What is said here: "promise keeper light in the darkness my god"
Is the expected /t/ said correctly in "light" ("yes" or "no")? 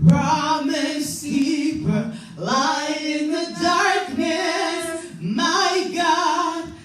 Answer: no